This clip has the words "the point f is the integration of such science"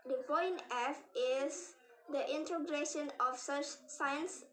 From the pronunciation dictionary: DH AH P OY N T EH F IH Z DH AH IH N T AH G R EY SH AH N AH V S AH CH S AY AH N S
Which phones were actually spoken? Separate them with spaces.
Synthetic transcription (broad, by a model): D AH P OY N EH F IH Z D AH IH N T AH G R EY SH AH N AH F S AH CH S AY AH N S